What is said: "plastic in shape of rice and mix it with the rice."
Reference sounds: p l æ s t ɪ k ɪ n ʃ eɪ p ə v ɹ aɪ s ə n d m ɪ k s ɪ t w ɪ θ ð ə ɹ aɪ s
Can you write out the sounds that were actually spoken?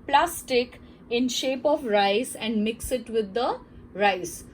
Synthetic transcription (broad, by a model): p l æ s t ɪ k ɪ n ʃ eɪ p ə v ɹ aɪ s ə n d m ɪ k s ɪ t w ɪ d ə ɹ aɪ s